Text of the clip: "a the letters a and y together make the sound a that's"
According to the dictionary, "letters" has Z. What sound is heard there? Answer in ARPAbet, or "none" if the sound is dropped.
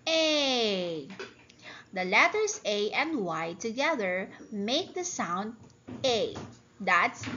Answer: S